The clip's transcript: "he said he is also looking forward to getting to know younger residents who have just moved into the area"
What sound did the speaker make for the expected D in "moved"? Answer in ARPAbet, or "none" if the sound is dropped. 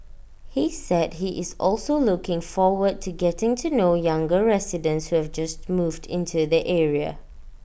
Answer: D